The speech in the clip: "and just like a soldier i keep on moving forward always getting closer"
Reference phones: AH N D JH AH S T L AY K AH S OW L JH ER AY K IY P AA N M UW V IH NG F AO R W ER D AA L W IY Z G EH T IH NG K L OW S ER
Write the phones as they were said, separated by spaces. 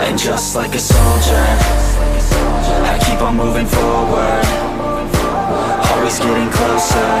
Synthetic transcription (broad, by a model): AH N JH AH S T L AY K AH S OW L JH ER AY K IY P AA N M UW V IH NG F AO R W ER D AA L W IY Z G EH T IH NG K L OW S ER